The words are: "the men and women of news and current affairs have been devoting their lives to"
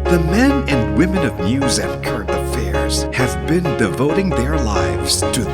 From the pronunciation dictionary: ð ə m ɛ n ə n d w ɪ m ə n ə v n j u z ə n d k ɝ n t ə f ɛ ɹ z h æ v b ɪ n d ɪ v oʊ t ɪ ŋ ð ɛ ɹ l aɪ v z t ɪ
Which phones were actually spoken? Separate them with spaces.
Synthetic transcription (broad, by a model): ð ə m ɛ n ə n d w ɪ m ə n ə v n j u z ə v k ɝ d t ə f ɛ ɹ z h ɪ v b ɪ n d ɪ v oʊ t ɪ ŋ ð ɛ ɹ l aɪ v z t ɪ